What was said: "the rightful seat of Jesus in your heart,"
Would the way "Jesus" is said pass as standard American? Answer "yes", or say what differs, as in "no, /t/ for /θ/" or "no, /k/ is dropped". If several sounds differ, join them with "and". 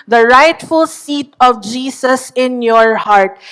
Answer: no, /s/ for /z/